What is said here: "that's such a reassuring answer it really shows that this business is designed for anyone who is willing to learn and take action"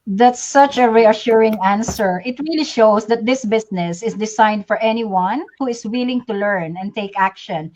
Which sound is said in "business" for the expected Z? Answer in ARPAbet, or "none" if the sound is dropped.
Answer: S